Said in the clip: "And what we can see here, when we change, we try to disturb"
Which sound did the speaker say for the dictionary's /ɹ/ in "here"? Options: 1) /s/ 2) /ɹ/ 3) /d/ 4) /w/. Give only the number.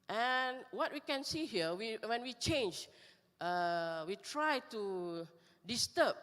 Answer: 4